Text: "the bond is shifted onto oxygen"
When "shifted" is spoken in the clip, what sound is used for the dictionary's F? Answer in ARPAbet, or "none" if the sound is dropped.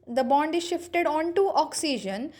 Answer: F